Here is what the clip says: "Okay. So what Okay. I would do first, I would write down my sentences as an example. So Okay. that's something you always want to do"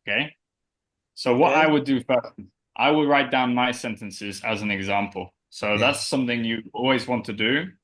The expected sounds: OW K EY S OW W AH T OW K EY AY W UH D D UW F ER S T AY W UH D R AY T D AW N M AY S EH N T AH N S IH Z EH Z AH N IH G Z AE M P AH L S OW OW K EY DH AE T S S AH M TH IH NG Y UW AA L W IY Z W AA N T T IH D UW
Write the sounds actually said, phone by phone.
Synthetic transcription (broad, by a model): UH K EY S OW W AH T AY W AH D D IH F ER S T AY W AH D R AY T D AW N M AY S EH N T AH N S IH Z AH Z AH N IH G Z AE M P AH L S OW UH DH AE T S S AH M TH IH NG Y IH AA L W IY Z W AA N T T IH D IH